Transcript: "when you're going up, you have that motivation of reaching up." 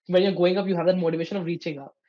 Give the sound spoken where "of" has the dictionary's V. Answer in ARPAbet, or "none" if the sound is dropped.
V